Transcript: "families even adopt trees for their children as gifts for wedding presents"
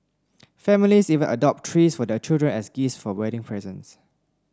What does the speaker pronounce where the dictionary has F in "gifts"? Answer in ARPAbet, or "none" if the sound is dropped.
none